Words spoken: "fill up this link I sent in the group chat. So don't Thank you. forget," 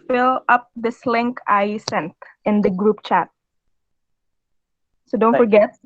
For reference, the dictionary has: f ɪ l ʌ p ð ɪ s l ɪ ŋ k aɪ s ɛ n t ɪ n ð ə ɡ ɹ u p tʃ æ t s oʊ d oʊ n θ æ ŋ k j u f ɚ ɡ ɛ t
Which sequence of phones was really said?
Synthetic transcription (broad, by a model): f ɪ l ʌ p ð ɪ s l ɪ ŋ k aɪ s ɛ n t ɪ n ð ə ɡ ɹ u p tʃ æ t s oʊ d oʊ n f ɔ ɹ ɡ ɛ t